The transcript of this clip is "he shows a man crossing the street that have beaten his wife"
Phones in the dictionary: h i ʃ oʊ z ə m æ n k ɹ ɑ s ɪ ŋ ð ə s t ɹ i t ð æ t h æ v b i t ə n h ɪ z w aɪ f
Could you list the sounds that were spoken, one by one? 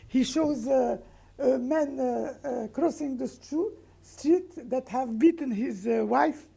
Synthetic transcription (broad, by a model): h i ʃ oʊ z ə m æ n k ɹ ɑ s ɪ ŋ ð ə s t ɹ i t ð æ t h æ v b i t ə n h ɪ z w aɪ f